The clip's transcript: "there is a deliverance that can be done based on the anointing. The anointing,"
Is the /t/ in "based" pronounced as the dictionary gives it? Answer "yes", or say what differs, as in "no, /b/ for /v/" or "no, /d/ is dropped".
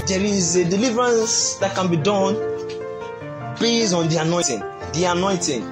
no, /t/ is dropped